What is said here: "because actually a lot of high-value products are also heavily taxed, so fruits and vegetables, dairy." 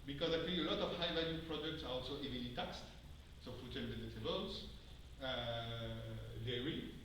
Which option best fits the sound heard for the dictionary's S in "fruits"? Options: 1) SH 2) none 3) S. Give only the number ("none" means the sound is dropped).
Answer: 2